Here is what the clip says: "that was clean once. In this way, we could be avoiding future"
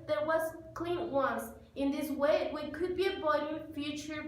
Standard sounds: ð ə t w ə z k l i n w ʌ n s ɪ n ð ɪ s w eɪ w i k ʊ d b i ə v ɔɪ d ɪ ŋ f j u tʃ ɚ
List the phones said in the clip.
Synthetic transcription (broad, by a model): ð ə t w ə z k l i n w ʌ n s ɪ n ð ɪ s w eɪ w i k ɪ d b i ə b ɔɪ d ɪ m f j u tʃ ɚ